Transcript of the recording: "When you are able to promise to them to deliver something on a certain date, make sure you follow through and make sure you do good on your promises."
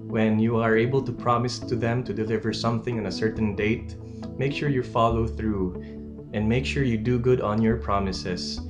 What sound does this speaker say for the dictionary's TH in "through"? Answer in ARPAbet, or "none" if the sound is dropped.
TH